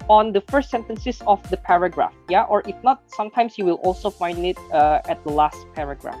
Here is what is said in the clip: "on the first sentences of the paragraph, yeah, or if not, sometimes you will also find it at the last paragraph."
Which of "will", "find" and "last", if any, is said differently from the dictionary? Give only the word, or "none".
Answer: none